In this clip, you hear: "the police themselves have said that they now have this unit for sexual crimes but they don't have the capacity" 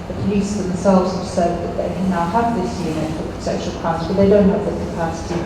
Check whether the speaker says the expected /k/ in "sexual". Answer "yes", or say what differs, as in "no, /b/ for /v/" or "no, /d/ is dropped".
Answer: no, /k/ is dropped